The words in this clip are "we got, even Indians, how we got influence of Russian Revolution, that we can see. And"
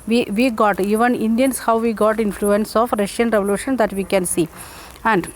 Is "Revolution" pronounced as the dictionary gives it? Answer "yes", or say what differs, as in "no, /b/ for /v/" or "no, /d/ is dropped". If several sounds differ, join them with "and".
yes